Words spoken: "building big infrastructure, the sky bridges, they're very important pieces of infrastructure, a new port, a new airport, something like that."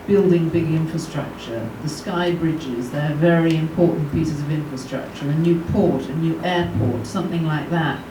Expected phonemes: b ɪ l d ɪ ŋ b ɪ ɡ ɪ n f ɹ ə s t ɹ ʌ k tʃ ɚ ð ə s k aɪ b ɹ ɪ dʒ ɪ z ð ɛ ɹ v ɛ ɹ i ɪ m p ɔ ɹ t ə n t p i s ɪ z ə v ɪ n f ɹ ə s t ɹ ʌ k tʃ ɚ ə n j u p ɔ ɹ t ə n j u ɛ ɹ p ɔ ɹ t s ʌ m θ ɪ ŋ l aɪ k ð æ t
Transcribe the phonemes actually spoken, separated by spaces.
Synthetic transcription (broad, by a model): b ɪ l d ɪ ŋ b ɪ ɡ ɪ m f ɹ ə s t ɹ ʌ k tʃ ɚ ð ə s k aɪ b ɹ ɪ dʒ ɪ z ð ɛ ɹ v ɛ ɹ i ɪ m p ɔ ɹ t n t p i s ɪ z ə v ɪ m f ɹ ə s t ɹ ʌ k tʃ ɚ ə n j u p ɔ ɹ t ə n j u ɛ ɹ p ɔ ɹ t s ʌ m θ ɪ ŋ l aɪ k ð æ t